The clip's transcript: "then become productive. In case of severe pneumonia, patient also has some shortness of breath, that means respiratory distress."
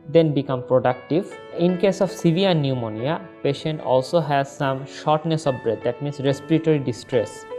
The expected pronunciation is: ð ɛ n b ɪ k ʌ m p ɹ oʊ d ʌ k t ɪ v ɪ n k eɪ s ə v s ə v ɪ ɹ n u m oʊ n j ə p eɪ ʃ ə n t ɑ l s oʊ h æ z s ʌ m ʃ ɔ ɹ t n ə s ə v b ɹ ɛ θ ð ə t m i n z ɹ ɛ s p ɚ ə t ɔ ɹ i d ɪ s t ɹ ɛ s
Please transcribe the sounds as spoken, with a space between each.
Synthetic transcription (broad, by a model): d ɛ n b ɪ k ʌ m p ɹ oʊ d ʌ k t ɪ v ɪ n k eɪ s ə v s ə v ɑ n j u m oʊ n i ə p eɪ ʃ ə n t ɑ l s oʊ h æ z s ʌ m ʃ ɔ ɹ t n ə s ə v b ɹ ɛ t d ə t m i n s ɹ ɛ s p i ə t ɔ ɹ i d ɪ s t ɹ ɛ s